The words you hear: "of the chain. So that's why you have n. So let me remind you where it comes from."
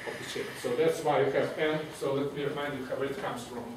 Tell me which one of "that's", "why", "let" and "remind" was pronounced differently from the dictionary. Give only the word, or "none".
none